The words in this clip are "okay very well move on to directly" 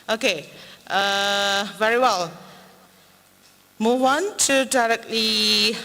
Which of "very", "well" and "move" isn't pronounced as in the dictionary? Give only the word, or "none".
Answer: move